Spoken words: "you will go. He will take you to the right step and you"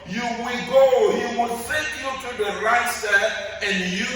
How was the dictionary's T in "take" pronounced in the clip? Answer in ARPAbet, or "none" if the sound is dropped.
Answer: S